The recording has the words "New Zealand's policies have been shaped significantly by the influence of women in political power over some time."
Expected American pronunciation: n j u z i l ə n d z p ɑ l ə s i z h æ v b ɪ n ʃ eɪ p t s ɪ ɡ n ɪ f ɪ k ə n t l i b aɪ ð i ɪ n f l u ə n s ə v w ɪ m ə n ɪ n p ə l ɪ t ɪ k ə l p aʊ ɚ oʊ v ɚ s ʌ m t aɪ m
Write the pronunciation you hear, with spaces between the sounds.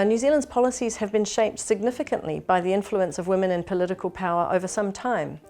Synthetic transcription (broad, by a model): n j u z i l ə n d z p ɑ l ə s i z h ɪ v b ɪ n ʃ eɪ p t s ɪ ɡ n ɪ f ɪ k ə n t l i b aɪ ð i ɪ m f l u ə n s ə v w ɪ m ə n ɪ n p ə l ɪ t ɪ k ə l p aʊ ɚ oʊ v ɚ s ʌ m t aɪ m